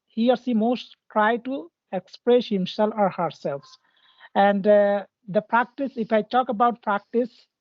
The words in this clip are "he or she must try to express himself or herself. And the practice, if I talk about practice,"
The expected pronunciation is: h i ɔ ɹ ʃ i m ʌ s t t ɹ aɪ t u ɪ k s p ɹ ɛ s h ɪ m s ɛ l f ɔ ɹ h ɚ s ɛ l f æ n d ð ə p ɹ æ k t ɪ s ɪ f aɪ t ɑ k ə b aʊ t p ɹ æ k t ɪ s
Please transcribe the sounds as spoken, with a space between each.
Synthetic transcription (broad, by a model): h i ɔ ɹ s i m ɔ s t t ɹ aɪ t u ɪ k s p ɹ ɛ s h ɪ m s ɛ l f ɔ ɹ h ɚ s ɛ l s æ n d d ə p ɹ æ k t ɪ s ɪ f aɪ t ɑ k ə b aʊ t p ɹ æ k t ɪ s